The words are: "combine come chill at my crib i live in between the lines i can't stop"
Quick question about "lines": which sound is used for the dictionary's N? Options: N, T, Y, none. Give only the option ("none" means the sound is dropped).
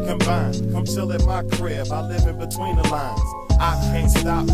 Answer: N